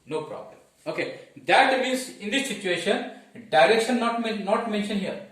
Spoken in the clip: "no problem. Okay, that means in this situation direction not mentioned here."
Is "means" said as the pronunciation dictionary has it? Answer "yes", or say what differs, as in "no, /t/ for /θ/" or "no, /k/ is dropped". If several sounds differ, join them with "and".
no, /n/ is dropped